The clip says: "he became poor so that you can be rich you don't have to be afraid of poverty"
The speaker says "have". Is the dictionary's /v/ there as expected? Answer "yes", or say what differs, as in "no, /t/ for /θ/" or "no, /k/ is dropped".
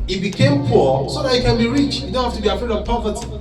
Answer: no, /f/ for /v/